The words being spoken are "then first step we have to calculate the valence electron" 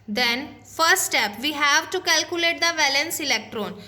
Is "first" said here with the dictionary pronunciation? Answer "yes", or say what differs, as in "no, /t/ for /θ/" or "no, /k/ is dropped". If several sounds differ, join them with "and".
no, /s/ is dropped